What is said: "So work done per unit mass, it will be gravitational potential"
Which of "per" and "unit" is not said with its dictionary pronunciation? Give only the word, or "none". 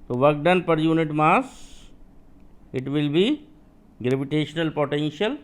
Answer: none